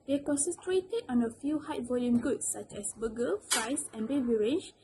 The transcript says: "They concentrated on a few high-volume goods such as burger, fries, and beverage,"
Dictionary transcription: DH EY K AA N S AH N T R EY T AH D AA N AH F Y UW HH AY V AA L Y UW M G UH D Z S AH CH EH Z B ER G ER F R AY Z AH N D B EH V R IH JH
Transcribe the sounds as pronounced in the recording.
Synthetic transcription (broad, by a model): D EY K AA N S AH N T R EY T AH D AA N AH F Y UW HH AY V AA L Y UW M G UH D S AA CH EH S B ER G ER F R AY S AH N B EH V R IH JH